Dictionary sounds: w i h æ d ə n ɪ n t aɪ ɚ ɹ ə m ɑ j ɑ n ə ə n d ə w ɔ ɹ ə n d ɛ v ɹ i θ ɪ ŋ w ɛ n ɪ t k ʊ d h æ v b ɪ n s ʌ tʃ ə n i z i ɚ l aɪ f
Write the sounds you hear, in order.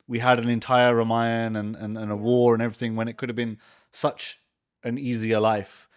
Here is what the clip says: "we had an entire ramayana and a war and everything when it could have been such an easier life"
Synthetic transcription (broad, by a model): w i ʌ d ə n ɪ n t aɪ ɚ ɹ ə m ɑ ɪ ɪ n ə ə n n ə w ɔ ɹ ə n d ɛ v ɹ i θ ɪ ŋ w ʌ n ɪ t k ʊ d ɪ v b ɪ n s ʌ tʃ ə n i z i ɚ l aɪ f